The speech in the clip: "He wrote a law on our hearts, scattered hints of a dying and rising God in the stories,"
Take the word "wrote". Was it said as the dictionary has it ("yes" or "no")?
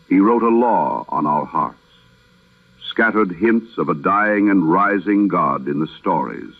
yes